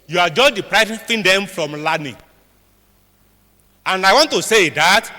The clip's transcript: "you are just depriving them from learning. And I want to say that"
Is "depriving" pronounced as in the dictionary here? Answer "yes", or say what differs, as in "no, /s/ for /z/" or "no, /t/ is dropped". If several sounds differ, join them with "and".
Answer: no, /f/ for /v/